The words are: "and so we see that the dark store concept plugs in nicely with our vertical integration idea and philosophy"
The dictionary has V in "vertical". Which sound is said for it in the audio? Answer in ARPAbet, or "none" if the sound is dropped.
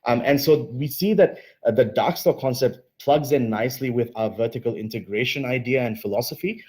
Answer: V